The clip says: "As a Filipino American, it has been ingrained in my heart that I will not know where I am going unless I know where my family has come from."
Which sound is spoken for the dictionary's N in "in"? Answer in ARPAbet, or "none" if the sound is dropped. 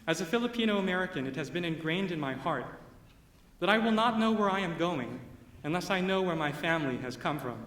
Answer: N